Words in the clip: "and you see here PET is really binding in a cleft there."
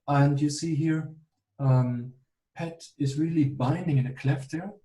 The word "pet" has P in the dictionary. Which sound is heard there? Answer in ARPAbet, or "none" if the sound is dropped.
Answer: P